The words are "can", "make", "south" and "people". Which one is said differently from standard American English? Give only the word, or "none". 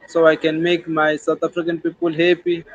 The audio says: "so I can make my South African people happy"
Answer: south